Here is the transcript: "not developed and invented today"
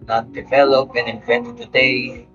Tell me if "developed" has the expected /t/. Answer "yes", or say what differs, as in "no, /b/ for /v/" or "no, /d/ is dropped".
no, /t/ is dropped